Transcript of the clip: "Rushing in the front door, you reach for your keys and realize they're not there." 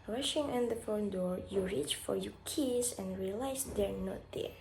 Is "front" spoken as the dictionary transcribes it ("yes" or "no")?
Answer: no